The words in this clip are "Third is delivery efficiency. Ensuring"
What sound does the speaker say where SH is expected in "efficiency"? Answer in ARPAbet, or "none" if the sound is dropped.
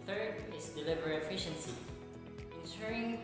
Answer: SH